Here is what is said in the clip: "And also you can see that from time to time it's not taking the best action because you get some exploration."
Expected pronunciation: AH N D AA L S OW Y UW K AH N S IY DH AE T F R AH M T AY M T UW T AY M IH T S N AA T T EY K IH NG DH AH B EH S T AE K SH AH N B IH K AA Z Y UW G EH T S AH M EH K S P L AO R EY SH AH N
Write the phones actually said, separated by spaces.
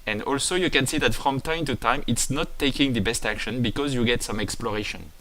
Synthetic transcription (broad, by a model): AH N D AA L S OW Y UW K AH N S IY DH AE T F R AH M T AY M T UW T AY M IH T S N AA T T EY K IH NG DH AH B EH S T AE K SH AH N B IH K AA Z Y UW G EH T S AH M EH K S P L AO R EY SH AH N